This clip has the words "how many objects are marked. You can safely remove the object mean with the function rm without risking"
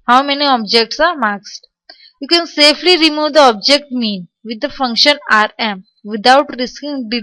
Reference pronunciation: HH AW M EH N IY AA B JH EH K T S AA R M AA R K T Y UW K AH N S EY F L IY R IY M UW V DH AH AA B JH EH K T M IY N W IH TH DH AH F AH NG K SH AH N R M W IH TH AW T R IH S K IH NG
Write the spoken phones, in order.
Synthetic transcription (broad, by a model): HH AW M EH N IY AA B JH EH K T S AA R M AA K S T Y UW K AH N S EY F L IY R IY M UW V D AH AA B JH EH K T M IY N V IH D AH F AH NG K SH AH N R M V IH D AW T R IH S K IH NG